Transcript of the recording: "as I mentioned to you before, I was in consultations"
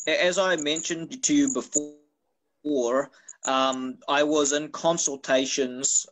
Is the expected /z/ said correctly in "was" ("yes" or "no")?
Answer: yes